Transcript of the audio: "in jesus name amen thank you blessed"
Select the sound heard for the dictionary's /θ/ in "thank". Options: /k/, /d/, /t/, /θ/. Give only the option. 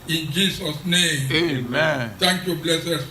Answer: /t/